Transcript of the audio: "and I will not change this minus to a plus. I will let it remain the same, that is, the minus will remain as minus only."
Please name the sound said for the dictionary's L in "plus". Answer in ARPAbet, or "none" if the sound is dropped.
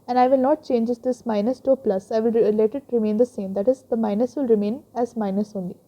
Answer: L